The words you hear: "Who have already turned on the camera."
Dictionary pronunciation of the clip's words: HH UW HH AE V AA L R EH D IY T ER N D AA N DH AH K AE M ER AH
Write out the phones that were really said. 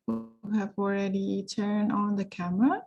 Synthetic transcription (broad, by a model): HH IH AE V AA L R EH D IY T ER N D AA N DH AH K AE M ER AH